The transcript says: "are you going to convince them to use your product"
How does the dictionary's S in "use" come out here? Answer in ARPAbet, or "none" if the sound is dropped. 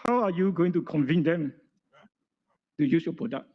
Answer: S